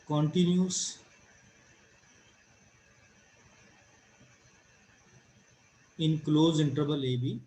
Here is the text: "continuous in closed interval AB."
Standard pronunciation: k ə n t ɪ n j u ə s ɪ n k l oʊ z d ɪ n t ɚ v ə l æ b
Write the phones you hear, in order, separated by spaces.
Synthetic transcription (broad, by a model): k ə n t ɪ n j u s ɪ n k l oʊ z ɪ n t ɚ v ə l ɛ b